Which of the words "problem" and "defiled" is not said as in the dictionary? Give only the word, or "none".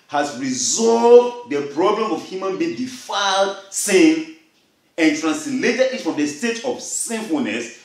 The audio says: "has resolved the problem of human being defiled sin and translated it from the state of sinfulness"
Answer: none